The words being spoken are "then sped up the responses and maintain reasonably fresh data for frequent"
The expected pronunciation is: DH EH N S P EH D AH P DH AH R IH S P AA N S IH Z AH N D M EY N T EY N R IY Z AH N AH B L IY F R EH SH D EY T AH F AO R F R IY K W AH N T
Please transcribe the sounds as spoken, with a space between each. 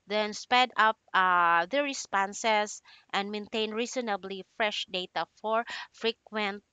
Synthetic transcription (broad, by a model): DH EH N S P EH D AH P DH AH R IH S P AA N S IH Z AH N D M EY N T EY N R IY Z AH N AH B L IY F R EH SH D EY T AH F AO R F R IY K W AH N T